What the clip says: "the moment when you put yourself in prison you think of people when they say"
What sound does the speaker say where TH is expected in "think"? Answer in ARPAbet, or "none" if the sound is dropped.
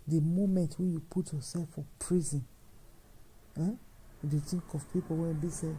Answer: T